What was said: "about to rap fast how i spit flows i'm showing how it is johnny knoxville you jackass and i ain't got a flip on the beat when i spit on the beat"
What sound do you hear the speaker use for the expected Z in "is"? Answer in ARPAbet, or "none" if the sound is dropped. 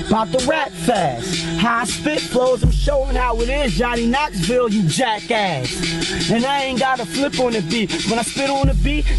Z